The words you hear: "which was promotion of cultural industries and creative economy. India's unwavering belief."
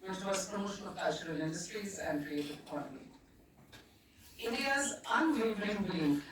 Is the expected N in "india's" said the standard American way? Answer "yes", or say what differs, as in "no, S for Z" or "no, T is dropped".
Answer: yes